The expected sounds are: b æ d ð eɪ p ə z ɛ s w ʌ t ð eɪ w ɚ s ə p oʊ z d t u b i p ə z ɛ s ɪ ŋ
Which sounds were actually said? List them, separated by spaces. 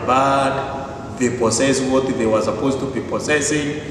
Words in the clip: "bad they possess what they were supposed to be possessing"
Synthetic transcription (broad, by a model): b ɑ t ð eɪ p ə s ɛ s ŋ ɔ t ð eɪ w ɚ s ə p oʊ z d t u b i p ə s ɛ s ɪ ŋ